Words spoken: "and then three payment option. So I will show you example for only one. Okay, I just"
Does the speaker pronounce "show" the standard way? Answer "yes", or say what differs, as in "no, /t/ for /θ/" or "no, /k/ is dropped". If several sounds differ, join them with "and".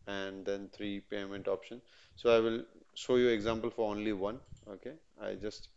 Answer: yes